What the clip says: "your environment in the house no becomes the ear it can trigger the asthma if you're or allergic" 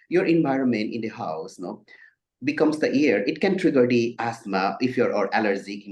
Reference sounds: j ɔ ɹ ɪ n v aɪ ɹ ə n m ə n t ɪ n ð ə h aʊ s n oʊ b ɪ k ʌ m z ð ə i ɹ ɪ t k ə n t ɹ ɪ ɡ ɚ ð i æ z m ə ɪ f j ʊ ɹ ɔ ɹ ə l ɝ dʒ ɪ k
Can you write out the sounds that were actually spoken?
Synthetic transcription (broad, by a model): j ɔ ɹ ɪ n v aɪ ɹ ə n m ə n t ɪ n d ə h aʊ s n oʊ b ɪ k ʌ m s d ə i ɹ ɪ t k ə n t ɹ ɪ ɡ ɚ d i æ s m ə ɪ f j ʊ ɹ ɔ ɹ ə l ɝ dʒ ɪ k